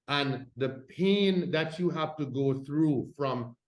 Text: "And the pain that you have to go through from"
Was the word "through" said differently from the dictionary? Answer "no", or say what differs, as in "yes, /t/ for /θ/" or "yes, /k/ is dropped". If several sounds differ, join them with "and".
no